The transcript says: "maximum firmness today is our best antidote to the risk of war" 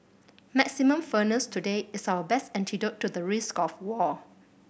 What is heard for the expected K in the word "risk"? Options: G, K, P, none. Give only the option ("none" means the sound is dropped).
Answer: K